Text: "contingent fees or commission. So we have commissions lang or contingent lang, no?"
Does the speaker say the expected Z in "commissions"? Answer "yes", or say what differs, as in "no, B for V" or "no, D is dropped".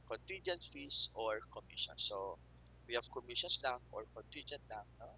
no, S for Z